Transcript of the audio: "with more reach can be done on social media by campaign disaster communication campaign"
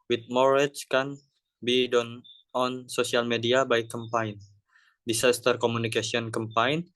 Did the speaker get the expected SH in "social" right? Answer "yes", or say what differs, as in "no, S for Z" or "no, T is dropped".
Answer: no, S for SH